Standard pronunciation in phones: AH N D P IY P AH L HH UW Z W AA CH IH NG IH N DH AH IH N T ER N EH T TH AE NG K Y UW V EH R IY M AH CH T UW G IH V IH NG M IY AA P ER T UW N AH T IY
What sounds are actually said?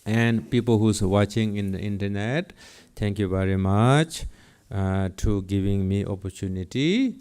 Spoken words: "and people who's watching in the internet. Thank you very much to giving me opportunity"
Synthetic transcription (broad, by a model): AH N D P IY P AH L HH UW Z W AA CH IH NG IH N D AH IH N T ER N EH T T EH NG K Y UW V EH R IY M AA CH T UW G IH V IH NG M IY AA P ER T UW N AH T IY